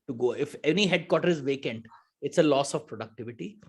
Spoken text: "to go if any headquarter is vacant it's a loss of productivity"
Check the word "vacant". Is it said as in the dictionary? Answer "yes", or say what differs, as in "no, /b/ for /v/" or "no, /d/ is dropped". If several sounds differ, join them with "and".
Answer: yes